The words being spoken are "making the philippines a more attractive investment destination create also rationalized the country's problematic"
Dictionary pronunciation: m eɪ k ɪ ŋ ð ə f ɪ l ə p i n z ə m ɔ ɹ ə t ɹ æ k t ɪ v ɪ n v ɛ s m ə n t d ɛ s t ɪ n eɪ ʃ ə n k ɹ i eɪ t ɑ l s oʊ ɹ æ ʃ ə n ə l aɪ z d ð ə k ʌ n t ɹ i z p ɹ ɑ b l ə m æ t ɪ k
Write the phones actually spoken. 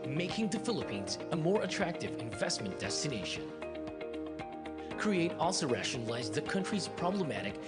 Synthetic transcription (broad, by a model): m eɪ k ɪ ŋ ð ə f ɪ l ə p i n z ə m ɔ ɹ ə t ɹ æ k t ɪ v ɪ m v ɛ s m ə n d ɛ s t ɪ n eɪ ʃ ə n k ɹ i eɪ t ɑ l s oʊ ɹ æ ʃ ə n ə l aɪ z ð ə k ʌ n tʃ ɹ i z p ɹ ɑ b l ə m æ t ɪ k